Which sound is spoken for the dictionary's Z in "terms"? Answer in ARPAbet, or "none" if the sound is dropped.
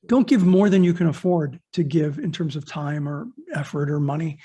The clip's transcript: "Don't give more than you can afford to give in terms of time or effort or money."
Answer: Z